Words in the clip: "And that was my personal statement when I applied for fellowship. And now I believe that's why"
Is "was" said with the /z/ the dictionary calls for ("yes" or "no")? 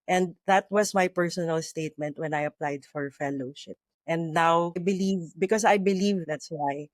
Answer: no